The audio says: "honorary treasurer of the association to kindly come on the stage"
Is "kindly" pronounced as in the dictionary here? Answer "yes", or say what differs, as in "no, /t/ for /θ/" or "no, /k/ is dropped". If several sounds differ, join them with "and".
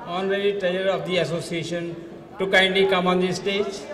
no, /l/ is dropped